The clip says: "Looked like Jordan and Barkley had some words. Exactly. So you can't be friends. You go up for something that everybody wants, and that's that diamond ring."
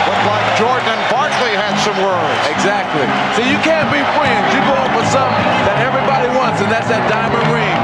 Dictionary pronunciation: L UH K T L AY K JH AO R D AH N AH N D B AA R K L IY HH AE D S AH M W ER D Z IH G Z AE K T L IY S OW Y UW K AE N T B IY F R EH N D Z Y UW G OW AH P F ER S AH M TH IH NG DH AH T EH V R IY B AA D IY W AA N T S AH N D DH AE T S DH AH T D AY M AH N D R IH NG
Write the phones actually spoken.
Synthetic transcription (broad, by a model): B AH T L AY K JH AO R D N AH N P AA R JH L IY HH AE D S AH M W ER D IH G Z AE K T L IY S OW Y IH K AE N B IY F R EH N D Z Y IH G OW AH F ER S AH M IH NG DH AH T EH V R IY B AA D IY W AA N T S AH N DH AE T S DH AH T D AY M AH N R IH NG